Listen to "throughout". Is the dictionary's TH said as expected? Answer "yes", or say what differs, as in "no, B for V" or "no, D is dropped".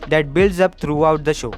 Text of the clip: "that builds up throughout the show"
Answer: no, T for TH